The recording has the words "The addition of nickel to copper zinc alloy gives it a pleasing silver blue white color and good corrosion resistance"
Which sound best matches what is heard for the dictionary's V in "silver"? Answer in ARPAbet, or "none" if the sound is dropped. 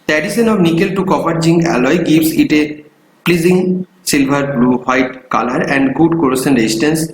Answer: B